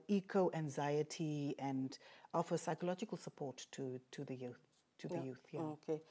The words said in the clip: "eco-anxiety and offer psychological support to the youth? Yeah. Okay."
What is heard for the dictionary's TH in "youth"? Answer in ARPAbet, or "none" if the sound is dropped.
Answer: TH